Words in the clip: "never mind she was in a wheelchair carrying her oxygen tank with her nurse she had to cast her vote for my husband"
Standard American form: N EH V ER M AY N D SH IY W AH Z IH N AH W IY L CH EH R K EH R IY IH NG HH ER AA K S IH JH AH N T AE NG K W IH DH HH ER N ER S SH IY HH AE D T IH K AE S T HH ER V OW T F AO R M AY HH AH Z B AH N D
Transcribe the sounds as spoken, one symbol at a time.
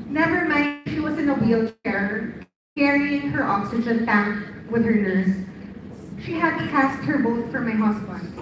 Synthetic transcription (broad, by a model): N EH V ER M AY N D SH IY W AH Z IH N AH W IY L CH EH R K EH R IY IH NG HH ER AA K S IH JH AH N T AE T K W IH DH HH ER N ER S SH IY HH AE D T IH K AE S T HH ER B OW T F AO R M AY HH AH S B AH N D